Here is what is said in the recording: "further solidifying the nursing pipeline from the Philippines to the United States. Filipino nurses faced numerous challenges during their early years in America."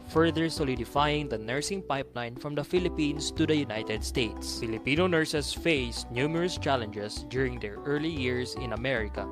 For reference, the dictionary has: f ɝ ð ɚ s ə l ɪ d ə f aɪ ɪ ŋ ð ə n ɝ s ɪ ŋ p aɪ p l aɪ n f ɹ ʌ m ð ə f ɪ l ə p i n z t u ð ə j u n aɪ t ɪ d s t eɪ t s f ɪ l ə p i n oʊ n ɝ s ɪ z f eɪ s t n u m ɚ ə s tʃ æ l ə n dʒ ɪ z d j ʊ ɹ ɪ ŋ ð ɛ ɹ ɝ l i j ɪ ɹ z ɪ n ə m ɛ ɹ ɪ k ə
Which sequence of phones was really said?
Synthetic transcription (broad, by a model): f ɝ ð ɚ s ə l ɪ d ə f aɪ ɪ ŋ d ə n ɝ s ɪ ŋ p aɪ p l aɪ n f ɹ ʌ m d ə f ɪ l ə p i n s t u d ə j u n aɪ t ɪ d s t eɪ t s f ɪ l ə p i n oʊ n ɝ s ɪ s f eɪ s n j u m ɚ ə s tʃ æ l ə n dʒ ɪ s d j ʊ ɹ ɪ ŋ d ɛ ɹ ɝ l i j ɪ ɹ s ɪ n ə m ɛ ɹ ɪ k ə